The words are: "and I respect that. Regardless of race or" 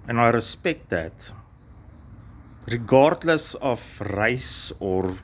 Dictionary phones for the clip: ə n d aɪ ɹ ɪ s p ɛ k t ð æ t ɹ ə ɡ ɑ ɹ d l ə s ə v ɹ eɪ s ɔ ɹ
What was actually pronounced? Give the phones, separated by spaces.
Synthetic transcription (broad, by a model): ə n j ɹ ɪ s p ɛ k t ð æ t ɹ ə ɡ ɑ ɹ d l ə s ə f ɹ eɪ s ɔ ɹ